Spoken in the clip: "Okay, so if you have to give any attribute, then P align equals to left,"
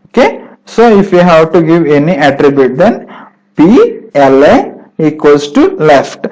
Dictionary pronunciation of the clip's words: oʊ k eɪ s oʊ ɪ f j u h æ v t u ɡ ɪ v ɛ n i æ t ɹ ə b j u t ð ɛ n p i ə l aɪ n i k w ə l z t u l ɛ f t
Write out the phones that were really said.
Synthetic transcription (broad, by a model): oʊ k eɪ s oʊ ɪ f j u h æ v t u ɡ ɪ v ɛ n i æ t ɹ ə b j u t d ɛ n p i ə l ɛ i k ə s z t u l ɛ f t